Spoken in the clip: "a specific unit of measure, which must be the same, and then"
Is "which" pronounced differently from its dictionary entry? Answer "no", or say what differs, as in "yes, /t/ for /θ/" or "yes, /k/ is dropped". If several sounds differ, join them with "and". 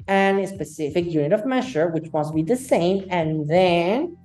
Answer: no